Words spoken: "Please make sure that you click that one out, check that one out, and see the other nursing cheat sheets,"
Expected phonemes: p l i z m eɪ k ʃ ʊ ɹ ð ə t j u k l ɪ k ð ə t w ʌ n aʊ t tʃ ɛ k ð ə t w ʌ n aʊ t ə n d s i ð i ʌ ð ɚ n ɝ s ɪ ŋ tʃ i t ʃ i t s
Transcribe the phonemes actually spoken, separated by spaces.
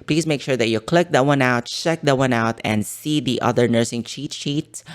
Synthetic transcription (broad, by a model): p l i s m eɪ k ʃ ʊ ɹ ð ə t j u k l ɪ k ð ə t w ʌ n aʊ t tʃ ɛ k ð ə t w ʌ n aʊ t ə n d s i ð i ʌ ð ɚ n ɝ s ɪ ŋ tʃ i t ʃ i t s